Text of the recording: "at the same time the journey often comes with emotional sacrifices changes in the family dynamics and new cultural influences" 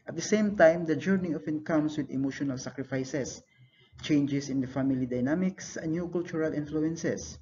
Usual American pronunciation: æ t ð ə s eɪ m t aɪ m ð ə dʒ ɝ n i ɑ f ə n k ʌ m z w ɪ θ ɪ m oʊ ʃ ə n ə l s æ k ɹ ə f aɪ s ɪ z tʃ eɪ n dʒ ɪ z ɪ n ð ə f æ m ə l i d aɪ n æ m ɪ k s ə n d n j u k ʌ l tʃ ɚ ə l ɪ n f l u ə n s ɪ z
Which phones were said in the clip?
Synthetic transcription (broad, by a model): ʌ t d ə s eɪ m t aɪ m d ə dʒ ɝ n i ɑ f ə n k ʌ m s w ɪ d ɪ m oʊ ʃ ə n ə l s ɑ k ɹ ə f aɪ s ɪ s tʃ eɪ n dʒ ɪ s ɪ n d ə f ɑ m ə l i d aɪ n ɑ m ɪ k s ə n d n j u k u l tʃ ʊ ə l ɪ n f l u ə n s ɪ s